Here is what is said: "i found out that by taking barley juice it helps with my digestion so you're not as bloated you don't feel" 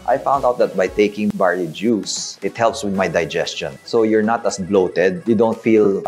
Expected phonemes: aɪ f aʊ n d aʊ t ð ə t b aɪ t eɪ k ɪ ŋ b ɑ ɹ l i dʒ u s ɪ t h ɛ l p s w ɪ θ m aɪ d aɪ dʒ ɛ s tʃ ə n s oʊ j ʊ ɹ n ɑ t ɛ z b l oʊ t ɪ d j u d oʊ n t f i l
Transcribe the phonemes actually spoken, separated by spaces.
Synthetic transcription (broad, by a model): aɪ f aʊ n d aʊ t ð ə t b aɪ t eɪ k ɪ ŋ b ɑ ɹ i dʒ u s ɪ t h ɛ l p s w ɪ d m aɪ d aɪ dʒ ɛ s tʃ ə n s oʊ j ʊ ɹ n ɑ t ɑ s b l oʊ t ɪ d j u d oʊ n t f i l